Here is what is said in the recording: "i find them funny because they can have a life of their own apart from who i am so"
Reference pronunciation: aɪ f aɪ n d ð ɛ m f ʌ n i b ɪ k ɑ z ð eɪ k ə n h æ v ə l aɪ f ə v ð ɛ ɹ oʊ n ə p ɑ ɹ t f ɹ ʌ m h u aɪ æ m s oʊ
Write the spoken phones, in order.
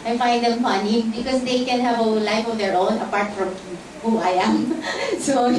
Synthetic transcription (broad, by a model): aɪ f aɪ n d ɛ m f ʌ n i b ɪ k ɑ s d eɪ k ə n h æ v ə l aɪ f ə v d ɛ ɹ oʊ n ə p ɑ ɹ t f ɹ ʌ m h u aɪ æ m s oʊ